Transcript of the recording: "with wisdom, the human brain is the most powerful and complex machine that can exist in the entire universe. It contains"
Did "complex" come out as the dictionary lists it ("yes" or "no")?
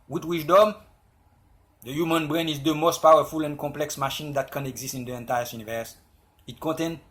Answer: no